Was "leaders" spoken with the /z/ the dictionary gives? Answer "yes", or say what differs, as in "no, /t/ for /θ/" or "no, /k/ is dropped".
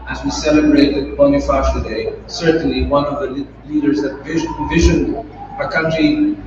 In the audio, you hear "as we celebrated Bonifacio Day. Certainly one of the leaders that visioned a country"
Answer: yes